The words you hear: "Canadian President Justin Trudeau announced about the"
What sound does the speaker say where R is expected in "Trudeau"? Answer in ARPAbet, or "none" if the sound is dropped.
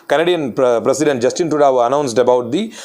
none